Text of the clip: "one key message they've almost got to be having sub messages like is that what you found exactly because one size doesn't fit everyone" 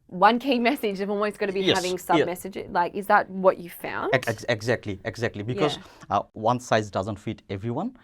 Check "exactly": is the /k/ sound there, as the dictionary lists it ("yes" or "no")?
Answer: yes